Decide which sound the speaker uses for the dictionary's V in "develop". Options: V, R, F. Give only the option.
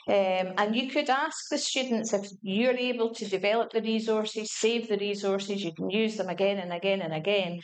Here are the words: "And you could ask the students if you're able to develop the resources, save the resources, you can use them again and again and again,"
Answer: V